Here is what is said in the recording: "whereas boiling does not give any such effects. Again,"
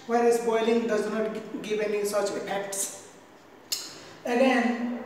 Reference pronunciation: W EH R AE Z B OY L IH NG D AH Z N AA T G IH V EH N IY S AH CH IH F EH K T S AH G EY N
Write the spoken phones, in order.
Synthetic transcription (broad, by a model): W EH R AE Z B OY L IH NG D AH Z N AA T G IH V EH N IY S AH CH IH P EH K T S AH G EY N